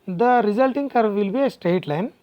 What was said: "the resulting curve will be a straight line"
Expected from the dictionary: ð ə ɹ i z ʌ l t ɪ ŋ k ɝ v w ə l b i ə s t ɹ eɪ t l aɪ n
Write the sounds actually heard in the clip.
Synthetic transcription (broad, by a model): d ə ɹ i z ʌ l t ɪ ŋ k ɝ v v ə l b i ə s t ɹ eɪ t l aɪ n